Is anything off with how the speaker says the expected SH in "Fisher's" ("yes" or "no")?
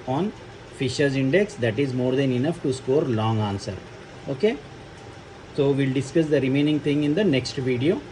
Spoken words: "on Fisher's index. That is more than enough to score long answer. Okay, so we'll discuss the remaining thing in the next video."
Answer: no